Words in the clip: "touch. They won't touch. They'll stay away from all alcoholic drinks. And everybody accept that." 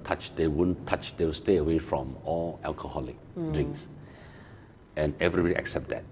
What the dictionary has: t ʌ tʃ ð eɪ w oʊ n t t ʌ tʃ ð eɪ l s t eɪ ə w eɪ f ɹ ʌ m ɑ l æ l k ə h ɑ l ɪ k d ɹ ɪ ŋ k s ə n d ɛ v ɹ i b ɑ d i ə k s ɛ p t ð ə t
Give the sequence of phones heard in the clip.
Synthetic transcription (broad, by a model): t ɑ tʃ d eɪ w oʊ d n t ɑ tʃ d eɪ w s t eɪ ə w eɪ f ɹ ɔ m ɑ l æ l k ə h ɑ l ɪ k d ɹ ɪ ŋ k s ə n ɛ v ɹ i b ɑ d i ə k s ɛ p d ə t